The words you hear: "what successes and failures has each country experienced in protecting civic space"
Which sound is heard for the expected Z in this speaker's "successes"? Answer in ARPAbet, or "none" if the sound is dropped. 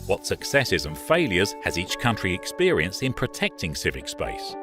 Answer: Z